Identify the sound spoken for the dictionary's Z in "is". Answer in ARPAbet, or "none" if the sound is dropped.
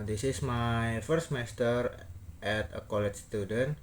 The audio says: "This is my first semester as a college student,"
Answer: S